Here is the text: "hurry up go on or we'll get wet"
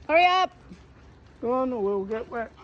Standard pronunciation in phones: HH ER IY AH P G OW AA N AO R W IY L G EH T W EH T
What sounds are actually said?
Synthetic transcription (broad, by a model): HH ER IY AH P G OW AA N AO W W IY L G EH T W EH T